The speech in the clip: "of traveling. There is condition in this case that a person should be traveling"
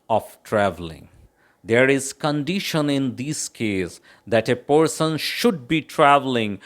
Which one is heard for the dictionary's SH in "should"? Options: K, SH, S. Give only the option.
SH